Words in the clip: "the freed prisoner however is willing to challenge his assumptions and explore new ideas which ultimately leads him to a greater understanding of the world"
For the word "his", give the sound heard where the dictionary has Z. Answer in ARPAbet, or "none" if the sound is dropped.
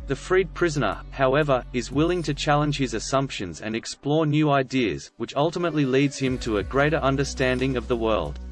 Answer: Z